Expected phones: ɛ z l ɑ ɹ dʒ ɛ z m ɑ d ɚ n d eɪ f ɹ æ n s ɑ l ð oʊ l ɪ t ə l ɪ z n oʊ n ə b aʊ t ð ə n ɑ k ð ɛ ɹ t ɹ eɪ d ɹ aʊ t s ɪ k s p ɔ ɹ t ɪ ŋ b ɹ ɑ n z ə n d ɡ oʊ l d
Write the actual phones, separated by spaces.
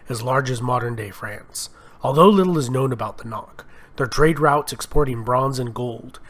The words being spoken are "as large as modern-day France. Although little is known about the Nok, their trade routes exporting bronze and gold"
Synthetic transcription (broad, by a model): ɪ z l ɑ ɹ dʒ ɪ z m ɑ d ɚ n d eɪ f ɹ æ n s ɑ l ð oʊ l ɪ t l ɪ z n oʊ n ə b aʊ t ð ə n ɑ k ð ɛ ɹ t ɹ eɪ d ɹ aʊ t s ɪ k s p ɔ ɹ t ɪ ŋ b ɹ ɑ n z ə n ɡ oʊ l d